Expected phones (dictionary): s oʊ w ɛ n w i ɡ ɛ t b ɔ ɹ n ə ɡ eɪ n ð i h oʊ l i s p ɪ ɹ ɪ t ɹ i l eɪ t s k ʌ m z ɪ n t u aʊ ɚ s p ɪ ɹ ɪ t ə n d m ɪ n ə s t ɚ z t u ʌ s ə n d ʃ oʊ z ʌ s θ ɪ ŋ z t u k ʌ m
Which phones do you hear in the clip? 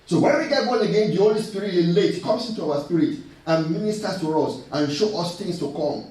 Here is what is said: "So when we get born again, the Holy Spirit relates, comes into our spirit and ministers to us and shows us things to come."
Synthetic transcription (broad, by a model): s oʊ w ɛ n w i ɡ ɛ t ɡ ɔ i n ə ɡ eɪ n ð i h oʊ l i s p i ɹ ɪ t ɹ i l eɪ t k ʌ m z ɪ n t u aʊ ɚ s p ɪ ɹ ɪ t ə n m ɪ n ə s t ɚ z t u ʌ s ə n ʃ oʊ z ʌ s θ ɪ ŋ s t u k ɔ m